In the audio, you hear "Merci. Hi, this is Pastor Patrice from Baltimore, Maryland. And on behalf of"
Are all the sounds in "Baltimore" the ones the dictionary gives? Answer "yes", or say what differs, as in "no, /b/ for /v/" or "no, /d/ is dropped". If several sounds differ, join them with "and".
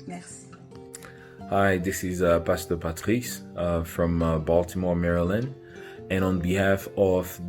yes